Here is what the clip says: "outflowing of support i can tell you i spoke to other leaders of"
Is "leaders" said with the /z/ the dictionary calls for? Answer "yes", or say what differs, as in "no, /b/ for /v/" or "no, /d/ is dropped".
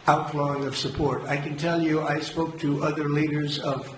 yes